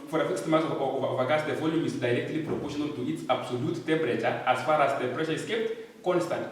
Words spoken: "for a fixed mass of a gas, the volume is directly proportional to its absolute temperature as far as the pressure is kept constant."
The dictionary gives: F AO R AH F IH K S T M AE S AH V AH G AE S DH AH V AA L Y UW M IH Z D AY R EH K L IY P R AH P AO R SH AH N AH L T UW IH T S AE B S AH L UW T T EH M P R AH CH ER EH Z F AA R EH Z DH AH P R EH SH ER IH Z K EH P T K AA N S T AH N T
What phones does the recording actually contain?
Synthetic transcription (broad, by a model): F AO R AH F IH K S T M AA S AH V AH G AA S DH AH V AA L Y UW M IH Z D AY R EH K L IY P R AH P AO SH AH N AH N T UW IH T S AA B S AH L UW T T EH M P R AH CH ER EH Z F AA R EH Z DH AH P R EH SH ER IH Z K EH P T K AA N S T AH N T